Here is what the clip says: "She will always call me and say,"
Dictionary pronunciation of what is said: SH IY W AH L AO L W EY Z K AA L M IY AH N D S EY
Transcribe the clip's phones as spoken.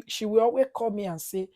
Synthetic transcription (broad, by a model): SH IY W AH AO W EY K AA M IY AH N S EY